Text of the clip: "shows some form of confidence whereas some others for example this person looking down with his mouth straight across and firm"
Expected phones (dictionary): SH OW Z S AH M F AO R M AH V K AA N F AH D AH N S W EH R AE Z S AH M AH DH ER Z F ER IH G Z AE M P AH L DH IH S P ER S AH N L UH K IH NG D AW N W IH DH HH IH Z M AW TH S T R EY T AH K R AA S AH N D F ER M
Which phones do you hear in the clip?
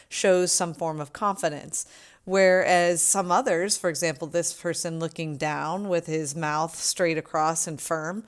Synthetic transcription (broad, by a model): SH OW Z S AH M F AO R M AH V K AA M F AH D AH N S W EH R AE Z S AH M AH DH ER Z F ER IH G Z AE M P L DH IH S P ER S AH N L UH K IH NG D AW N W IH DH IH Z M AW TH S T R EY T AH K R AA S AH N F ER M